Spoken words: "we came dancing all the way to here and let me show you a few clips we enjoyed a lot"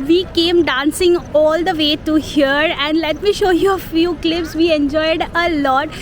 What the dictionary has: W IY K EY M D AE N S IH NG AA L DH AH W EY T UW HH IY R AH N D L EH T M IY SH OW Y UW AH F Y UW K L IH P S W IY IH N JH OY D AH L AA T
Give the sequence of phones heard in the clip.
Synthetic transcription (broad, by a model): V IY K EY M D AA N S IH NG AA L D AH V EY T UW HH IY R AH N D L EH T M IY SH OW Y UW AH F Y UW K L IH P S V IY IH N JH OY D AH L AA T